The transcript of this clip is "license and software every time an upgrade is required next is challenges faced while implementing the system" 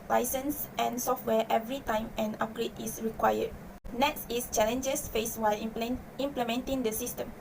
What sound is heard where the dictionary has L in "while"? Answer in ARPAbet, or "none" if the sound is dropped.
L